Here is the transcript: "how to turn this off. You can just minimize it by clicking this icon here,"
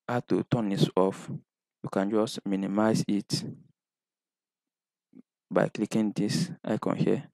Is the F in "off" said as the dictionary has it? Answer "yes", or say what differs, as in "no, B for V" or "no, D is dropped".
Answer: yes